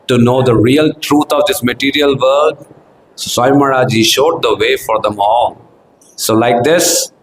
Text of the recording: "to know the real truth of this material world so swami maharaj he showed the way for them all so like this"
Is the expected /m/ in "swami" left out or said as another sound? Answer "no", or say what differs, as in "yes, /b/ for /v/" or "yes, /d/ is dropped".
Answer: yes, /m/ is dropped